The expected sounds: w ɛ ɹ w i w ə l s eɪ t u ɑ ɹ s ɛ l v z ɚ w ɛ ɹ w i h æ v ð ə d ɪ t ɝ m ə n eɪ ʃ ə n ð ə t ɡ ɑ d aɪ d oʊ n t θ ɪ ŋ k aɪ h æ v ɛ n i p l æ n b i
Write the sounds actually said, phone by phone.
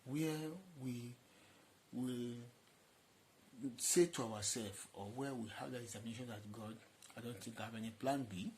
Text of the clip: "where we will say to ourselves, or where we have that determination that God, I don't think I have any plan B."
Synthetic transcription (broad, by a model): w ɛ w i w ə l s eɪ t u ɑ w s ɛ l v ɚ w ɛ w i h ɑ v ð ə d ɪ s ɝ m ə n eɪ ʃ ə n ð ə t ɡ ɑ d aɪ d oʊ n t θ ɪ ŋ k aɪ h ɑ v ɛ n i p l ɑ n b i